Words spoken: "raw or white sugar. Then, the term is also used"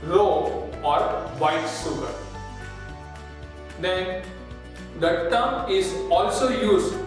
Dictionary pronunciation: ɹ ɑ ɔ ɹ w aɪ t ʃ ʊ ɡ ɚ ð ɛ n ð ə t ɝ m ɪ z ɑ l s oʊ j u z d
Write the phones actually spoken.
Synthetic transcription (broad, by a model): ɹ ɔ ɔ ɹ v aɪ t s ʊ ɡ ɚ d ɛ n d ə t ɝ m ɪ z ɑ l s oʊ j u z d